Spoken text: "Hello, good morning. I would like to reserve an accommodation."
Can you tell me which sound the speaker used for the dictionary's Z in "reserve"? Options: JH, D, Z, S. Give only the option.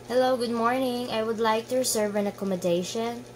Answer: S